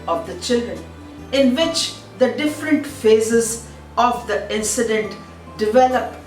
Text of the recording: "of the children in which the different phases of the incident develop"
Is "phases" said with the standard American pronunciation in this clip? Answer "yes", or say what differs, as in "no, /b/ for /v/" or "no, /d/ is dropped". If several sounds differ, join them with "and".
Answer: yes